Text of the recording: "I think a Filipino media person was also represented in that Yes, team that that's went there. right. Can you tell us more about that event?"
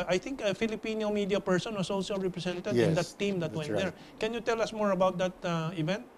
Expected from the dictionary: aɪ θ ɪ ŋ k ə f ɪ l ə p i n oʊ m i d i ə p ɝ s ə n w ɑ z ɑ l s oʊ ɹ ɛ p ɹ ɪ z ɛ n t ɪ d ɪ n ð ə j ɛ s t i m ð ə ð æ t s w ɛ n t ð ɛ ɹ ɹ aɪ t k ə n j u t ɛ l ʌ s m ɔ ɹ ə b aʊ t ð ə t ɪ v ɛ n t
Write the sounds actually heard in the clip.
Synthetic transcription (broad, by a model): aɪ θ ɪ ŋ k ə f ɪ l ə p i n oʊ m i d i ə p ɝ s ə n w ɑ s ɑ l s oʊ ɹ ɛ p ɹ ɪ s ɛ n t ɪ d ɪ n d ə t t i m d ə t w ɛ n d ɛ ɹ ɹ k ə n j u t ɛ l ʌ s m ɔ ɹ ə b aʊ t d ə t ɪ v ɛ n t